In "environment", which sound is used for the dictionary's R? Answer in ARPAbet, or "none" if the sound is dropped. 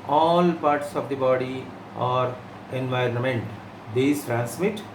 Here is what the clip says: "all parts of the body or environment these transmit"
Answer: R